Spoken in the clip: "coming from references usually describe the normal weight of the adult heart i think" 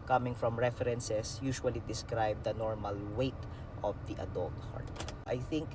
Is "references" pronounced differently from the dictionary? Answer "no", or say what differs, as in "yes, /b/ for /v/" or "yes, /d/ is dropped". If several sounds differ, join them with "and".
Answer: yes, /s/ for /z/